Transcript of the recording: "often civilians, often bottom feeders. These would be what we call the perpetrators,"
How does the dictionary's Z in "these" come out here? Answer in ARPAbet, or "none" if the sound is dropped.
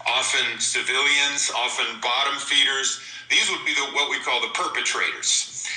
Z